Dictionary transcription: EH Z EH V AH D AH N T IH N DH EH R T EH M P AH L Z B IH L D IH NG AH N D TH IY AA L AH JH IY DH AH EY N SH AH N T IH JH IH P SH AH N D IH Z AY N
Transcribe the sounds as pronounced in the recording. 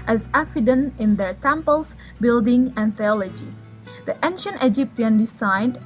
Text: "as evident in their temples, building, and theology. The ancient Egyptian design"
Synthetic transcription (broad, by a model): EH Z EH F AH D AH N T IH N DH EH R T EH M P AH L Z B IH L D IH NG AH N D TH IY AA L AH JH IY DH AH EY N SH AH N T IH JH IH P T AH N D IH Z AY N